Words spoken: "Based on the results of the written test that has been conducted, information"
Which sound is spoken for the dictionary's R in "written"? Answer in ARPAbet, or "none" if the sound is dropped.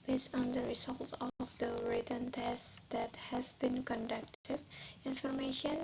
R